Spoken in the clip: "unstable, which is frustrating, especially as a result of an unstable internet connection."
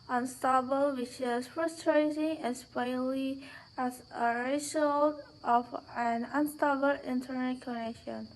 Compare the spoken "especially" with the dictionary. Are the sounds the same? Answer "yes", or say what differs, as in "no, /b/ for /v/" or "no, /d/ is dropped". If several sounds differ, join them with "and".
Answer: no, /ʃ/ is dropped